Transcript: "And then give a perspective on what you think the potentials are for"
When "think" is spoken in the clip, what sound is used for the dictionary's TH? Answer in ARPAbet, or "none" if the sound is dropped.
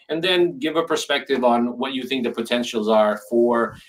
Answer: TH